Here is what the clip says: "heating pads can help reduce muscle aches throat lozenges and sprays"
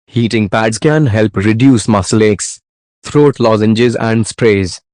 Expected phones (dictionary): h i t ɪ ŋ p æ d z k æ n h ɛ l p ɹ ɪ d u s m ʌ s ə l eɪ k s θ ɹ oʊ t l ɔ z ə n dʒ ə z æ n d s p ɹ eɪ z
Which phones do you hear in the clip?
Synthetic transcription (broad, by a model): h i t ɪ ŋ p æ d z k æ n h ɛ l p ɹ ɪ d u s m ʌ s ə l eɪ k s t ɹ oʊ t l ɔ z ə n dʒ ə z æ n d s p ɹ eɪ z